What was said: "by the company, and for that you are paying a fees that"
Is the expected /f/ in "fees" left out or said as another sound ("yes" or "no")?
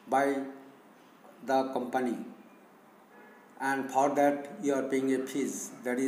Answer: yes